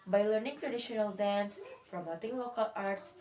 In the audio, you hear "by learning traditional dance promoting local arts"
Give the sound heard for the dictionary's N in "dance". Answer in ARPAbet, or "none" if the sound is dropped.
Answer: N